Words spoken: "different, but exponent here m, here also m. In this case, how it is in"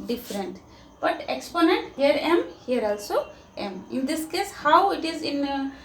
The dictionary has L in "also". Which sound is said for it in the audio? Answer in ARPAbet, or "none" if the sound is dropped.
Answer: L